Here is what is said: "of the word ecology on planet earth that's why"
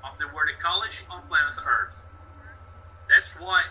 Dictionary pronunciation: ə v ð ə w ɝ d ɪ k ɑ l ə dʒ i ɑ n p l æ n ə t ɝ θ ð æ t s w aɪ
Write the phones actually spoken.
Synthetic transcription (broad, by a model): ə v ð ə w ɝ d ɪ k ɑ l ə dʒ i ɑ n b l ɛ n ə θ ɝ θ ð æ t s w aɪ